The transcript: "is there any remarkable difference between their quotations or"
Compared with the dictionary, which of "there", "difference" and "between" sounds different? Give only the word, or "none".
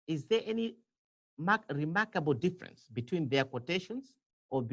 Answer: none